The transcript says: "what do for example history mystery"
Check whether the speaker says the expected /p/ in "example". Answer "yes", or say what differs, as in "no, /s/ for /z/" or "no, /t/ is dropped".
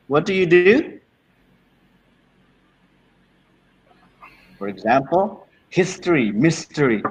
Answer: yes